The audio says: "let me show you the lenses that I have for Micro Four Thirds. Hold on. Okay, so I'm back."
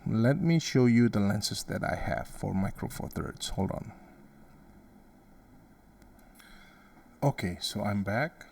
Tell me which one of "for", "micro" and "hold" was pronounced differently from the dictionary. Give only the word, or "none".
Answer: none